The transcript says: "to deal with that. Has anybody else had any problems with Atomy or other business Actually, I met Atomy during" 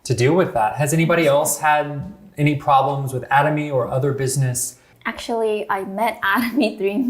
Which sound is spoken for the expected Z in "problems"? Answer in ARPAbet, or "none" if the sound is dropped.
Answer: Z